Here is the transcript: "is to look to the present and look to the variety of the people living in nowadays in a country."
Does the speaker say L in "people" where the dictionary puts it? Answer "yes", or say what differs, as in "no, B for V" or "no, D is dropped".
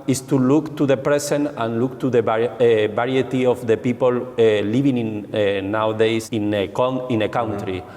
yes